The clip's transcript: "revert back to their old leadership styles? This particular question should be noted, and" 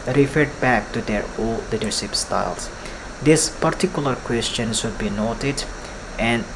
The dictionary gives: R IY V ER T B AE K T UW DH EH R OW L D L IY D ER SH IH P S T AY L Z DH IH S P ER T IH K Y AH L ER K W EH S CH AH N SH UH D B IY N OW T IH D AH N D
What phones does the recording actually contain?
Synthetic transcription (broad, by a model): R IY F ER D B AE K T UW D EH R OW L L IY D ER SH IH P S T AY L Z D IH S P ER T IH K Y AH L ER K W EH S CH AH N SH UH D B IY N OW T IH D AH N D